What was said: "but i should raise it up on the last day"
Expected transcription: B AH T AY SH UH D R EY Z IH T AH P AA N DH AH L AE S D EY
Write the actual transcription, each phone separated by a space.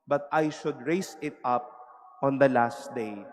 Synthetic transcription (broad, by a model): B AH T AY SH UH D R EY S IH T AH P AA N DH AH L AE S D EY